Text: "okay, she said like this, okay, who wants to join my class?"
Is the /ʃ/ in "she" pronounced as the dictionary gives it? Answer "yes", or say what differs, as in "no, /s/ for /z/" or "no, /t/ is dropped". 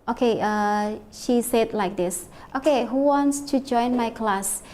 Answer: yes